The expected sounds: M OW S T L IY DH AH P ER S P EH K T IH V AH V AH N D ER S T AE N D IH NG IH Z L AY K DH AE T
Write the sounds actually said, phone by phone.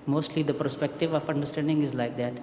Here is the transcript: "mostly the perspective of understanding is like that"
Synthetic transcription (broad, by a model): M OW S T L IY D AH P ER S P EH K T IH V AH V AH N D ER S T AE N D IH NG IH Z L AY K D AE T